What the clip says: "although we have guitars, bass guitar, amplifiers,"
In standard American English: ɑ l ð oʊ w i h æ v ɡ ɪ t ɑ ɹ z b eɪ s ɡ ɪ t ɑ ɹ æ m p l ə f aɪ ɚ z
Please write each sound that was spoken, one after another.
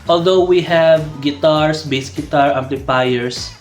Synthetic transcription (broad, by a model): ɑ l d oʊ w i h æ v ɡ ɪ t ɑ ɹ s b eɪ s ɡ ɪ t ɑ ɹ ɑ m p l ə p aɪ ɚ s